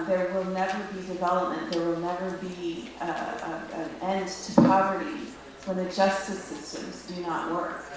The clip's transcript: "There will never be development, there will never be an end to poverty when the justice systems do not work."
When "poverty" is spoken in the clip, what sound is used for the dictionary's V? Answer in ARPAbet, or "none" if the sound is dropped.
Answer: V